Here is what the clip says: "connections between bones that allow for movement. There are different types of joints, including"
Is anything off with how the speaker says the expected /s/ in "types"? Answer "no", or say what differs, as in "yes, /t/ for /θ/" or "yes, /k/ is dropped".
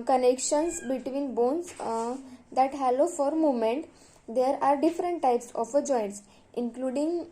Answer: no